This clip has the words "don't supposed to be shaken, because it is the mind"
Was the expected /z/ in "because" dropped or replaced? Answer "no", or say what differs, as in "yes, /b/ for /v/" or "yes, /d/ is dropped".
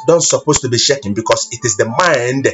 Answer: yes, /s/ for /z/